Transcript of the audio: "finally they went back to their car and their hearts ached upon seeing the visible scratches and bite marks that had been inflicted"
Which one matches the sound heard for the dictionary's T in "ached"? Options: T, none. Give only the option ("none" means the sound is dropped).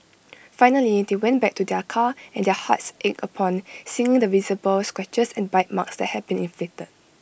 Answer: none